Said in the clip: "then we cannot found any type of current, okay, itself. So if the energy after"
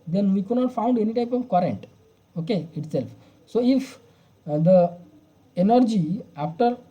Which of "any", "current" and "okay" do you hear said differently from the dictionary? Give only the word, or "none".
none